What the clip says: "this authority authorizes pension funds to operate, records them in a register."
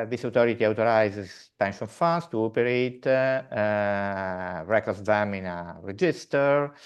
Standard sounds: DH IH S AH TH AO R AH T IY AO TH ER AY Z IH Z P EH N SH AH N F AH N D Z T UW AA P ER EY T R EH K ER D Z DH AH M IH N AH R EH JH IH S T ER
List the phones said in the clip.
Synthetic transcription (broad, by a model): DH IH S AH T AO R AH T IY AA T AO AY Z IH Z P EH N SH AH N F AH N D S T UW AA P ER EY T R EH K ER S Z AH M IH N AH R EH JH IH S T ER